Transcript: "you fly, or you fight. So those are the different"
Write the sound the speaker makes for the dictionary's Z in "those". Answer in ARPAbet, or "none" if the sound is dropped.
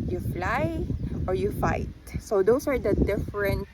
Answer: S